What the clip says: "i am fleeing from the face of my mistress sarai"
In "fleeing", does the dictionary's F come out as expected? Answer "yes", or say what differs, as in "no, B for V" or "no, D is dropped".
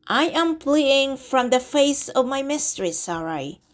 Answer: no, P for F